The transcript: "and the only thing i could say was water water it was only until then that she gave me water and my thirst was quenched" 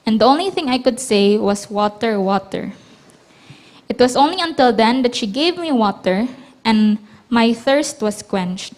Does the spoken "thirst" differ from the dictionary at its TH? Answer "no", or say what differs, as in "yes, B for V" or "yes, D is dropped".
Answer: no